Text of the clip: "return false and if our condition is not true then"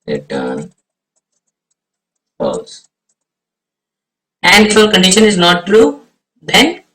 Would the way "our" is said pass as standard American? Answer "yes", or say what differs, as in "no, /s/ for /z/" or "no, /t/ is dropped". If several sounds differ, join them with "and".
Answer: no, /l/ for /ɹ/